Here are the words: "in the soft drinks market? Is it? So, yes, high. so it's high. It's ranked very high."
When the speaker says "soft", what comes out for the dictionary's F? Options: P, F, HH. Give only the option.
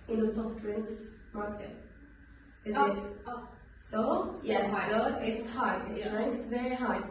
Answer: P